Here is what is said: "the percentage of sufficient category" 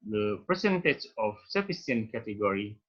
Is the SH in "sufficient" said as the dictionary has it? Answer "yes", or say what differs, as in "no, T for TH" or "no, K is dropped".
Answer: no, S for SH